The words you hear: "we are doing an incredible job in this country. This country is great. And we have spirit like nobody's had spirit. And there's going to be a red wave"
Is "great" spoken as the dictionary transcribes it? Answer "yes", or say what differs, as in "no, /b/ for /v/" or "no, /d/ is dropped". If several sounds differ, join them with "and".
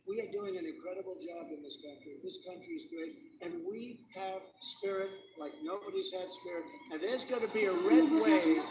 no, /ɹ/ is dropped